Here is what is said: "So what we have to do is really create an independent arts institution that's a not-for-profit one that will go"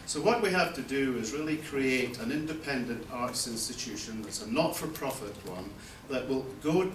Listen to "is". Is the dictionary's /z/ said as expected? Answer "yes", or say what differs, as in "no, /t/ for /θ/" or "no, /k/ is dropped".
yes